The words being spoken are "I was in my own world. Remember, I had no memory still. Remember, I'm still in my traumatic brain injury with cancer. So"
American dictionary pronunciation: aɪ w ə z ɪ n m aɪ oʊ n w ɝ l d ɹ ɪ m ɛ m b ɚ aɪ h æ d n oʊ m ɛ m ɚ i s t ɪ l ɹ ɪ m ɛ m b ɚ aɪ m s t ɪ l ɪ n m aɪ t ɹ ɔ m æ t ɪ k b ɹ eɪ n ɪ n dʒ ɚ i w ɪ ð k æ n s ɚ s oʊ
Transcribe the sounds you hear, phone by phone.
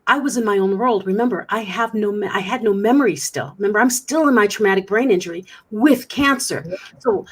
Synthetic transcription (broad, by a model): aɪ w ə z ɪ n m aɪ oʊ n w ɝ l d ɹ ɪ m ɛ m b ɚ aɪ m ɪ d n oʊ m ɛ m ɚ i s t ɪ l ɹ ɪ m ɛ m b ɚ aɪ m s t ɪ l ɪ n m aɪ t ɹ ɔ m æ t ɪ k b ɹ eɪ n ɪ n dʒ ɚ i w ɪ ð k æ n s ɚ s oʊ